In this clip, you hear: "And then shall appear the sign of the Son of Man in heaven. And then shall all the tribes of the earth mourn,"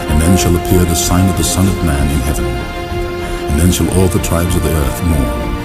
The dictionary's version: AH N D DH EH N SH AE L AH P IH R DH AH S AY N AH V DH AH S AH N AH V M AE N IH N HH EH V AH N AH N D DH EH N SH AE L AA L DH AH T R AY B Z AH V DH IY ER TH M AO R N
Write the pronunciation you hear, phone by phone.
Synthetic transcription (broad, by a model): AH N DH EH N SH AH L AH P IH R DH AH S AY N AH V DH AH S AH N AH V M AE N IH N HH EH V AH N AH N DH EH N SH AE L AA L DH AH T R AY B Z AH V DH IY ER TH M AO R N